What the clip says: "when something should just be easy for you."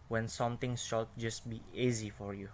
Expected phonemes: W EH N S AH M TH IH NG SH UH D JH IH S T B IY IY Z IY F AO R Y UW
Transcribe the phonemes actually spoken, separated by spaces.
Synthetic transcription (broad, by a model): W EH N S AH M T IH NG SH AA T JH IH S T B IY IY Z IY F AO R Y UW